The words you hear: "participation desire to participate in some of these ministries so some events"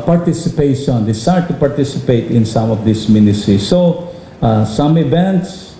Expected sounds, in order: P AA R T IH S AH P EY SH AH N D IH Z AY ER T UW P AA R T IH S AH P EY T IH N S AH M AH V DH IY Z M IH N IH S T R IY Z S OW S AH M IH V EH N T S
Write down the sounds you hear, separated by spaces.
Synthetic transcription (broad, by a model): P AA R T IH S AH P EY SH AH N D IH S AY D T UW P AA R T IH S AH P EY T IH N S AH M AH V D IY S M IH N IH S T R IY S OW S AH M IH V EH N T S